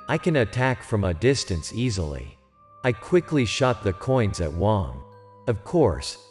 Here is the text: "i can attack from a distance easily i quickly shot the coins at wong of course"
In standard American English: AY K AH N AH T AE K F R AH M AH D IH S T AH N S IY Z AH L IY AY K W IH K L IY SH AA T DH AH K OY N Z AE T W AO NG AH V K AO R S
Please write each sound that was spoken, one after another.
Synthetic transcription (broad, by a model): AY K AH N AH T AE K F R AH M AH D IH S T AH N S IY Z L IY AY K W IH K L IY SH AA T DH AH K OY N Z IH T W AO NG AH V K AO R S